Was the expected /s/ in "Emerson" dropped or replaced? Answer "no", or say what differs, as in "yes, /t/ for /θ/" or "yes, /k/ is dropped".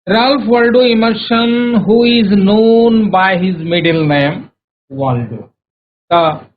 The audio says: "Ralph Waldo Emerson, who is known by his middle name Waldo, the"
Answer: yes, /ʃ/ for /s/